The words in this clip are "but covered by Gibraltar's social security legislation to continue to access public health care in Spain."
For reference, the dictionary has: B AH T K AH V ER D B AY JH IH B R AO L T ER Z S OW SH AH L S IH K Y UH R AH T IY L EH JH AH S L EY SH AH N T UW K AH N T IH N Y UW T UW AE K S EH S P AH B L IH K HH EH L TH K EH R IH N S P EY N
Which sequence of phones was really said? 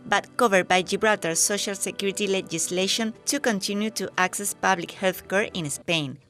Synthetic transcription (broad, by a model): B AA T K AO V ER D B AY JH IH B R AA T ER S OW SH AH L S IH K Y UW R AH T IY L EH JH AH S L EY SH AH N T UW K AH N T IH N Y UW T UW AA K S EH S P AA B L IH K HH EH L TH K EH R IH N S P EY N